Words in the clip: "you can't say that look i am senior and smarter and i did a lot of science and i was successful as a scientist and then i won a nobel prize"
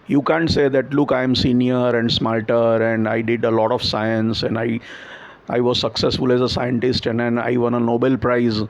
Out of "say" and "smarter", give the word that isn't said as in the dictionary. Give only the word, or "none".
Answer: smarter